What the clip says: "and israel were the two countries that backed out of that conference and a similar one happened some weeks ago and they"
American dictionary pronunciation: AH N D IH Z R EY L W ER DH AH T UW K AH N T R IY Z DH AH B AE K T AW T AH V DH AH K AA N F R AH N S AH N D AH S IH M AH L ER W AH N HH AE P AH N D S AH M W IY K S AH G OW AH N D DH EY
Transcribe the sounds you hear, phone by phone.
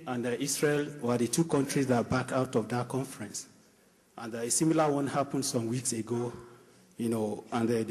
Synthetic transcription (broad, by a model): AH N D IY S R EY L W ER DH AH T UW K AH N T R IY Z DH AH B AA K AW T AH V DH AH K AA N F R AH N S AH N D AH S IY M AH L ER W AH N HH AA P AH N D S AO M W IY K S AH G OW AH N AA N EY